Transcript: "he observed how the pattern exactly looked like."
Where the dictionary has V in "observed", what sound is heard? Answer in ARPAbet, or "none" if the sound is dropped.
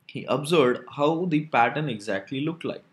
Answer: none